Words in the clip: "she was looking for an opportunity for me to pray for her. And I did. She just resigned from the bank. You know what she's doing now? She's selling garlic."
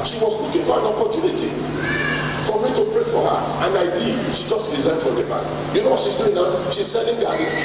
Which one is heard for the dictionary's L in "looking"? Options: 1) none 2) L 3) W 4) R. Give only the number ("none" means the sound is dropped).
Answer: 3